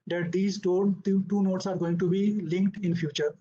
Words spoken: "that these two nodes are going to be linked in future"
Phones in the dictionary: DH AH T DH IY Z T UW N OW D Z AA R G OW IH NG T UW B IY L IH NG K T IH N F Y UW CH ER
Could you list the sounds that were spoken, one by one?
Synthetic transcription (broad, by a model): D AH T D IY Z T UW N OW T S AA R G OW IH NG T UW B IY L IH NG K T IH N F Y UW CH ER